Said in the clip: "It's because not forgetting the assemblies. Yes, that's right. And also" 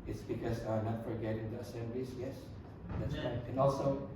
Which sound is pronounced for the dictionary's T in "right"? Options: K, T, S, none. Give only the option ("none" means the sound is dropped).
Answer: none